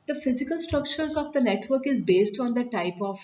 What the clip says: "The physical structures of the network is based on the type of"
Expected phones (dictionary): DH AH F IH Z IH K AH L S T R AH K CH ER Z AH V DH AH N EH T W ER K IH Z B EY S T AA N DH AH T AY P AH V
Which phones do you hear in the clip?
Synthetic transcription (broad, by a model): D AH F IH Z IH K AH L S T R AH K CH ER Z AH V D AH N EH T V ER K IH Z B EY S T AA N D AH T AY P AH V